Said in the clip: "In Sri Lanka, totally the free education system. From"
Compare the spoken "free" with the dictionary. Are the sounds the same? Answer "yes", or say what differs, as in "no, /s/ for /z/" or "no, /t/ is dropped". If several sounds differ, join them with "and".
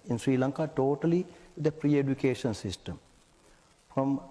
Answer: no, /p/ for /f/